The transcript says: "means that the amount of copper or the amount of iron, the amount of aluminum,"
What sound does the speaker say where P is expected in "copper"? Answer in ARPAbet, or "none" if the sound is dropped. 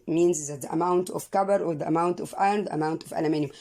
B